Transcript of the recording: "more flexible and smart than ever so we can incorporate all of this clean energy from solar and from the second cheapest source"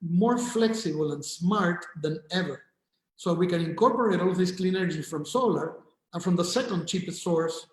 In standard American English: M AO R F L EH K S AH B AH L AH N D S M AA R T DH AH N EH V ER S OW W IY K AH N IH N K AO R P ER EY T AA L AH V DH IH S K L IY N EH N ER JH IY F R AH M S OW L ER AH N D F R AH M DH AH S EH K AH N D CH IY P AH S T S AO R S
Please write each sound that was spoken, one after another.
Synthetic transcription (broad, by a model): M AO R F L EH K S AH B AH L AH N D S M AA R T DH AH N EH V ER S OW W IY K AH N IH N K AO R P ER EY T AA L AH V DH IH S K L IY N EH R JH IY F R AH M S OW L ER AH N F R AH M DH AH S EH K AH N D CH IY P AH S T S AO R S